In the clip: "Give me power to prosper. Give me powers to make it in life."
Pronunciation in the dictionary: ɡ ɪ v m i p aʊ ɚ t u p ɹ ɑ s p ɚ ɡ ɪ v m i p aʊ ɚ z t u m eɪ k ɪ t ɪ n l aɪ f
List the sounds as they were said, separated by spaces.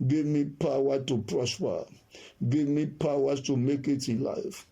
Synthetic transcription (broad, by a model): ɡ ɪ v m i p aʊ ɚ t u p ɹ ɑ s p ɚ ɡ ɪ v m i p aʊ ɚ t u m eɪ k ɪ t ɪ n l aɪ f